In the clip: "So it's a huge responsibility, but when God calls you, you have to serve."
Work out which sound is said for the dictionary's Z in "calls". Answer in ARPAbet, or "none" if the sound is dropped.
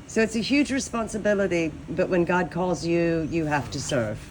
Z